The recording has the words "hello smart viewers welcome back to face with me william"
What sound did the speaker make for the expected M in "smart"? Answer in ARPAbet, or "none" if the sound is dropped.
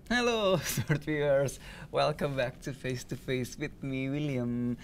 none